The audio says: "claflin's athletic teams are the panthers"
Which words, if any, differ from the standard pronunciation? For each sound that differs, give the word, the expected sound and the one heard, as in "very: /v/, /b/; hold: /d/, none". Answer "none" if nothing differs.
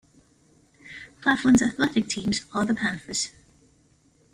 panthers: /θ/, /f/